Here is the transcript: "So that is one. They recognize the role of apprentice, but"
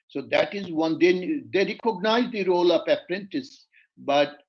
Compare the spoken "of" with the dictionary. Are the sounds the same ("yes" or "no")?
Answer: no